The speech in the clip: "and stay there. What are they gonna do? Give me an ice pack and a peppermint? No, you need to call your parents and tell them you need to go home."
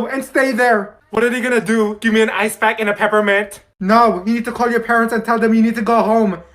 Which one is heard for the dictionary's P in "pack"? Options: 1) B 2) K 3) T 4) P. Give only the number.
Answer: 1